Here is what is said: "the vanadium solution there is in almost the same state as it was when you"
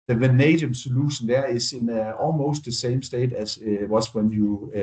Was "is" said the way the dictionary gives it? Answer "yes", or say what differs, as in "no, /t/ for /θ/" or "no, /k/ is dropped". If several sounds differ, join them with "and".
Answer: no, /s/ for /z/